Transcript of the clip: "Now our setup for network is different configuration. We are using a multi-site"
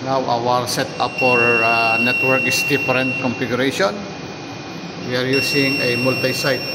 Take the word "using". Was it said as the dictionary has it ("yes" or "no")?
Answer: no